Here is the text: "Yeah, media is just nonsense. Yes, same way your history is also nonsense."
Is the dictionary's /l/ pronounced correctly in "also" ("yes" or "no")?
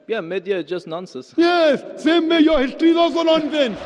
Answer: no